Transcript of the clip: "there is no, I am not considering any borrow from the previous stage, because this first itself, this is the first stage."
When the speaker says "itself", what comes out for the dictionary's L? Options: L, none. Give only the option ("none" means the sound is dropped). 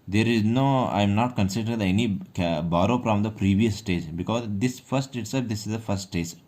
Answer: none